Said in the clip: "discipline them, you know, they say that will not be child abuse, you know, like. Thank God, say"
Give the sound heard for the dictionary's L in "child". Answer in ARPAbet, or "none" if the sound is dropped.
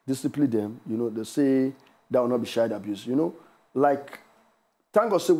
none